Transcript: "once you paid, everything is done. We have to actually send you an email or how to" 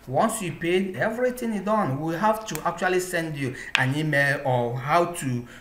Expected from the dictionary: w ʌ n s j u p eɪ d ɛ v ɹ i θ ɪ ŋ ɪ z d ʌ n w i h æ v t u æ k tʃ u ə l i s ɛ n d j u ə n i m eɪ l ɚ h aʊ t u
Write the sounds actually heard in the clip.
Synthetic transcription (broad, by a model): w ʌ n s j u p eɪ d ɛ v ɹ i t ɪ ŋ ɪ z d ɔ n w i h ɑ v t u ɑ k tʃ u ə l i s ɛ n d j u ə n i m eɪ l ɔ h aʊ t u